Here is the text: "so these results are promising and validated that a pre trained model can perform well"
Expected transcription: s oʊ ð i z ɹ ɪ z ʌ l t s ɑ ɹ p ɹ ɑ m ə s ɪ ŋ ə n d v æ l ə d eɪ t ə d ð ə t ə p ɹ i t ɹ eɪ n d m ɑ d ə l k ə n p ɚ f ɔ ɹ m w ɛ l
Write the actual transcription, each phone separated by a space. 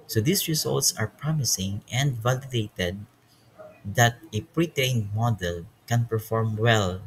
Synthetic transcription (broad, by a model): s oʊ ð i s ɹ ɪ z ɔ l t s ɑ ɹ p ɹ ɑ m ə s ɪ ŋ ə n d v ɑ l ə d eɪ t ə d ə t ə p ɹ i t eɪ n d m ɑ d ə l k ə n p ɚ f ɔ ɹ m w ɛ l